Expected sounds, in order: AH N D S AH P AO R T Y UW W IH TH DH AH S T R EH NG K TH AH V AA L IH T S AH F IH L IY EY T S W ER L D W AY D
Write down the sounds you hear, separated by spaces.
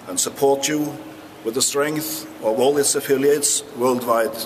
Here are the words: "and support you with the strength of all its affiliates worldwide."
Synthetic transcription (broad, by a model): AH N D S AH P AO R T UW W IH DH AH S T R EH NG K TH AH V AA L IH T S AH F IH L IY EY T S W ER L D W AY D